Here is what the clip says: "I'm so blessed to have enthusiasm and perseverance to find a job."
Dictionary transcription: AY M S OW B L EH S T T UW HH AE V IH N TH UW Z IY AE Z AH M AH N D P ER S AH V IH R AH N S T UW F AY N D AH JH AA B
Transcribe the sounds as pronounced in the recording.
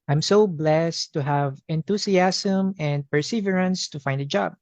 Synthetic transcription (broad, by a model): AY M S OW B L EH S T T UW HH AE V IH N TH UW S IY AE S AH M AH N D P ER S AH V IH R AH N S T UW F AY N D AH JH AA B